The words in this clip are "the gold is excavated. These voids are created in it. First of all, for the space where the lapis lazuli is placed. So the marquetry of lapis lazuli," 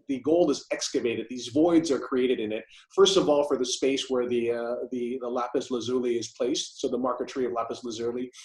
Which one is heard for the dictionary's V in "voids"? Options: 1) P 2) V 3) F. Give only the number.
2